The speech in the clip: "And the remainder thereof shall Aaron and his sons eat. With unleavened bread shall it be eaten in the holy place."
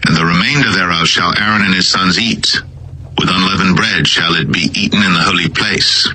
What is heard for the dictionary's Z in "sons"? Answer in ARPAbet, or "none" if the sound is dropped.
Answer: Z